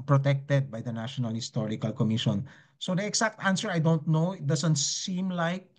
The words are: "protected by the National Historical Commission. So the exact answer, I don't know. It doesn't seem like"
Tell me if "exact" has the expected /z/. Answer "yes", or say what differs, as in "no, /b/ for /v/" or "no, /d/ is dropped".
no, /s/ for /z/